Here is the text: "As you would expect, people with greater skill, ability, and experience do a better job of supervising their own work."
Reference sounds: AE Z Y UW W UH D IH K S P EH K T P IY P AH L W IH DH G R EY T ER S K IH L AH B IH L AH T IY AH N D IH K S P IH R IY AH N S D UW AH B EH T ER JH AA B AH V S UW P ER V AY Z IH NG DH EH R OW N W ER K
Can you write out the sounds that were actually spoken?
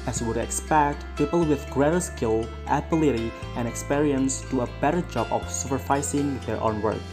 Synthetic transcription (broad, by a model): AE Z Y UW W UH D IH K S P EH K T P IY P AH L W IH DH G R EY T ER S K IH L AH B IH L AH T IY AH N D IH K S P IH R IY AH N S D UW AH B EH T ER JH AA B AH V S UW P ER F AY S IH NG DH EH R OW N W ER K